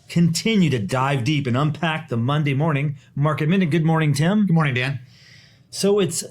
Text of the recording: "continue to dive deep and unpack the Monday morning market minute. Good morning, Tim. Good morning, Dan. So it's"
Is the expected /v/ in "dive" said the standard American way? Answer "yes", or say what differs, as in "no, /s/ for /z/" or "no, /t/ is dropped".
yes